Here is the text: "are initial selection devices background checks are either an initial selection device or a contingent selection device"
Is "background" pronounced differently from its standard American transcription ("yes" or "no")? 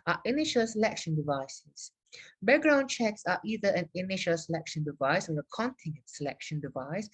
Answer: yes